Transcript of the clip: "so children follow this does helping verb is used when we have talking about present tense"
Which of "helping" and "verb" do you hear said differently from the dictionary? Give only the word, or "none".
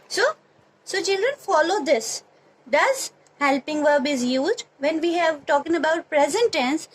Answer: none